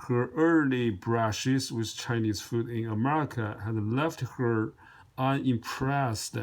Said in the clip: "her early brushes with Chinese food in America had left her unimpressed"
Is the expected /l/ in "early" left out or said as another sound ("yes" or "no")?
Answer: no